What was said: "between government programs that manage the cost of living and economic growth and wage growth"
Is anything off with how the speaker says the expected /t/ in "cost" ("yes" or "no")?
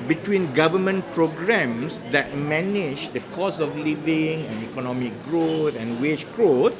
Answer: yes